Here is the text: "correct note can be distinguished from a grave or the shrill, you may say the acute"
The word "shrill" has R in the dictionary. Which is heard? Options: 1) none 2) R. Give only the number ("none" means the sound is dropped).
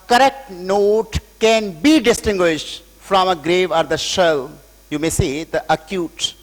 1